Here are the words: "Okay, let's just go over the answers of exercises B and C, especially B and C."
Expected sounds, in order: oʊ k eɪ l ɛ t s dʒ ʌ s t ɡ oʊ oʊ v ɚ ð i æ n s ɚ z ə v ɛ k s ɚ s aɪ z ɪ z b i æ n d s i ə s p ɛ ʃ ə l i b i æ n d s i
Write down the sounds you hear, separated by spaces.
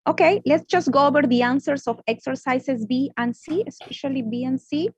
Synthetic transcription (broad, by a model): oʊ k eɪ l ɛ t s dʒ ʌ s t ɡ oʊ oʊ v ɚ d i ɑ n s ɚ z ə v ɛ k s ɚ s aɪ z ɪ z b i æ n d s i ə s p ɛ ʃ ə l i b i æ n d s i